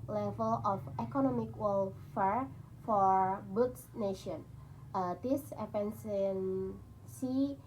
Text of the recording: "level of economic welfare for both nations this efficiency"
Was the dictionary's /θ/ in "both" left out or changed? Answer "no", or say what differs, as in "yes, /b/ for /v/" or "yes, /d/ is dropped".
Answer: yes, /s/ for /θ/